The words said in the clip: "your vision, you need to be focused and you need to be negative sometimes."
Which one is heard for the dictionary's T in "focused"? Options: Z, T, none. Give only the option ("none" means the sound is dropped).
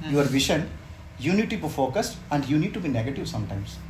T